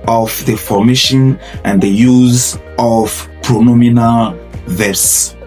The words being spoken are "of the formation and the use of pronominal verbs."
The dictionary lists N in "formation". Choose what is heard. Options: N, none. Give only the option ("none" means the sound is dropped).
N